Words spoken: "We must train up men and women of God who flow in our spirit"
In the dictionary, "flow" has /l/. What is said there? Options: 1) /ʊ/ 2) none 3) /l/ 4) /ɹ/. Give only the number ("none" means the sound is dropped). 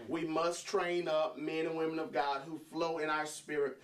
3